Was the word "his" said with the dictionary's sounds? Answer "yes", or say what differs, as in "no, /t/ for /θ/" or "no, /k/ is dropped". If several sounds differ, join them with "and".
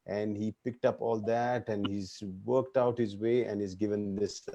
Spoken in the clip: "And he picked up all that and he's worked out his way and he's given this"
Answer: yes